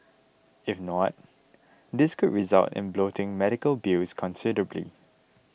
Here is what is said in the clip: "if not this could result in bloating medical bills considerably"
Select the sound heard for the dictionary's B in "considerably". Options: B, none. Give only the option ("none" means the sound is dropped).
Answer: B